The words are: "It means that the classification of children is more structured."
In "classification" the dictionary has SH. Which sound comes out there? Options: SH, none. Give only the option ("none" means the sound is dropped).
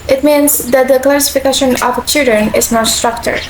SH